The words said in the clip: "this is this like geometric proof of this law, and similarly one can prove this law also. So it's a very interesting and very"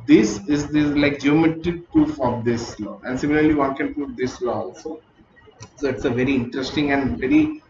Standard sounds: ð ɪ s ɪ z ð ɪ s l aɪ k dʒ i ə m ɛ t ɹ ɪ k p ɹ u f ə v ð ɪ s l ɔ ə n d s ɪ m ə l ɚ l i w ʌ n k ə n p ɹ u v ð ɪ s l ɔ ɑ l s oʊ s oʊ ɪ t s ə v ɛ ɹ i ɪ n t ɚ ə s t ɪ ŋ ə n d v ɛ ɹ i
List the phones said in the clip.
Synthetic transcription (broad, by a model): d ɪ s ɪ z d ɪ l aɪ k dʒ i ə m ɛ t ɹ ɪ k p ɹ u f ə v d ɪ s l ɔ ə n d s ɪ m ə l ɚ l i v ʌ n k ə n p u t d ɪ s l ɔ ɑ l s oʊ s oʊ ɪ t s ə v ɛ ɹ i ɪ n t ɚ ə s t ɪ ŋ ə n d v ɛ ɹ i